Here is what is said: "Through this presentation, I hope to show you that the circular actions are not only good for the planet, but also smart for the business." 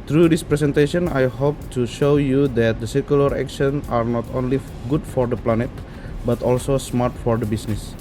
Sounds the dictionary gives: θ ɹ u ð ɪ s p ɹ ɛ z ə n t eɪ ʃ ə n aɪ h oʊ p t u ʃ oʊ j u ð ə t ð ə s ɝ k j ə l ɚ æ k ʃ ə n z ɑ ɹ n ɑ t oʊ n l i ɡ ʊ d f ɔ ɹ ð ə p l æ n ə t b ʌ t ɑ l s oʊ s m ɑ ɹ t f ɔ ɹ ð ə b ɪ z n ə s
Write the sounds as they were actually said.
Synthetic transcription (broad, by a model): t ɹ u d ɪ s p ɹ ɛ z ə n t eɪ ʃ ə n aɪ h oʊ p t u ʃ oʊ j u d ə t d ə s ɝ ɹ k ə l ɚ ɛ k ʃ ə n ɑ ɹ n ɑ t oʊ n l i ɡ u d f ɔ ɹ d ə p l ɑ n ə t b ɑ t ɑ l s oʊ s m ɑ ɹ t f ɔ ɹ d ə b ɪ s n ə s